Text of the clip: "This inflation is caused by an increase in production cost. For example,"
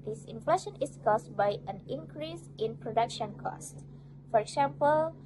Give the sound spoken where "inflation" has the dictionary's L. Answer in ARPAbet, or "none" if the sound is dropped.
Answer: L